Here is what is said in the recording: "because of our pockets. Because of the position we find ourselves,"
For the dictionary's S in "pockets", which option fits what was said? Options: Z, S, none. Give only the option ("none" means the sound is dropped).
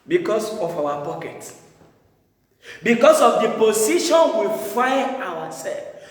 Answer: none